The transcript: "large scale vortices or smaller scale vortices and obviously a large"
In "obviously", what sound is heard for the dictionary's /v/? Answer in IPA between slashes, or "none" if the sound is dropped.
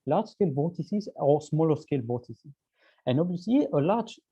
none